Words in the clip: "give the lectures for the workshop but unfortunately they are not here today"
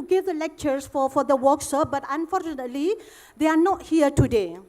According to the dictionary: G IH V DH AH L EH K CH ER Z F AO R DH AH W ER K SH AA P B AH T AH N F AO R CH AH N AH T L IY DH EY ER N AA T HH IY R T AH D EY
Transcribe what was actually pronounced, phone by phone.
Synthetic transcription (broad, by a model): G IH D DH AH L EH K CH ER S F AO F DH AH W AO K S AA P B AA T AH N F AO R CH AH N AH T L IY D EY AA N AA T HH IY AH T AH D EY